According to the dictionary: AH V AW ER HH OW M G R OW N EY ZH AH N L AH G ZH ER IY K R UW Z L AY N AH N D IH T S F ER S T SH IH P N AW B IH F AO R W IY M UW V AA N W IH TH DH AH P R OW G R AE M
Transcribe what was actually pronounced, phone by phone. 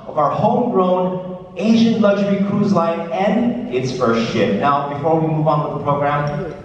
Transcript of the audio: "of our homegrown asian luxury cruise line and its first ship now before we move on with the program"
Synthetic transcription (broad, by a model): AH V AW ER HH OW M G R OW N EY SH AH N L AH G ZH ER IY K R UW Z L AY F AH N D IH T S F ER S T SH IH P N AW B IH F AO R W IY M UW V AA N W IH DH AH P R OW G R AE M